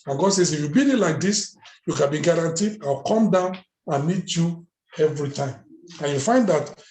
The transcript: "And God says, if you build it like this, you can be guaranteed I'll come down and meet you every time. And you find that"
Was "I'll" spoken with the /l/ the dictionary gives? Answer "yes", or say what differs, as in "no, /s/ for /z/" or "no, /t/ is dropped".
no, /w/ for /l/